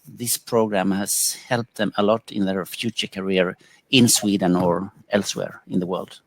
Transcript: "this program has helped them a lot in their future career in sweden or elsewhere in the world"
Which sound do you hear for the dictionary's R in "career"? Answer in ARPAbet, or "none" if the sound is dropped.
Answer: R